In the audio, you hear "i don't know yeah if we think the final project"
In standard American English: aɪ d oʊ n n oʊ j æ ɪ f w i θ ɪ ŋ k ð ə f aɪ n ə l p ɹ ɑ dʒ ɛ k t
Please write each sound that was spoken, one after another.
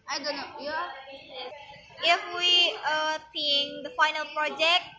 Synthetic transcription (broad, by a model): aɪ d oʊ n n oʊ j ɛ ɪ f w i s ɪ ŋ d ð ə f aɪ n ə l p ɹ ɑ dʒ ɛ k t